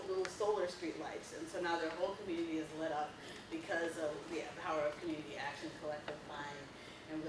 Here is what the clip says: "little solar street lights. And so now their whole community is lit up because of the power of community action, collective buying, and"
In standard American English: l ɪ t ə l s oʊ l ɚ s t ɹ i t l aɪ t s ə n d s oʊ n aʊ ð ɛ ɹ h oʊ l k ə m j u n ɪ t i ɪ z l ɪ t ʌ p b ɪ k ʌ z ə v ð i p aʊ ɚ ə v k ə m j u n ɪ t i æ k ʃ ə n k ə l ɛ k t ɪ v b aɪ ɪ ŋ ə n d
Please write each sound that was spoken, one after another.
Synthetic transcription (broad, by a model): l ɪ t l s oʊ l ɚ s t ɹ i t l aɪ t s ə n s oʊ n aʊ ð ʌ ɹ h oʊ l k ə m j u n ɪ t i ɪ z l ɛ t ʌ p b ɪ k ʌ z ə v ð i p aʊ ɚ ə v k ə m j u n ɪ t i æ k ʃ ə n k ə l ɛ k t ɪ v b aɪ ɪ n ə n